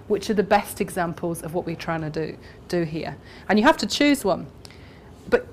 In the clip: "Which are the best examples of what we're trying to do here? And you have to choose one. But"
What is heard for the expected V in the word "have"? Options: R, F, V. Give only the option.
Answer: F